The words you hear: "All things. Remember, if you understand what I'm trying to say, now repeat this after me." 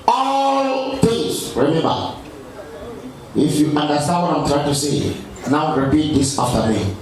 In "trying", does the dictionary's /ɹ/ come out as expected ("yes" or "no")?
yes